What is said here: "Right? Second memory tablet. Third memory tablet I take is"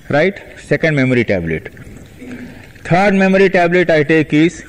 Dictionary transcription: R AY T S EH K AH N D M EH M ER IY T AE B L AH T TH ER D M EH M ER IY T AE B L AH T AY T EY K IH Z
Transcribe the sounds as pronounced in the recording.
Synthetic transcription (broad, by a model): R AY T S EH K AH N D M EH M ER IY T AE B L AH T T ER D M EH M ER IY T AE B L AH T AY T EY K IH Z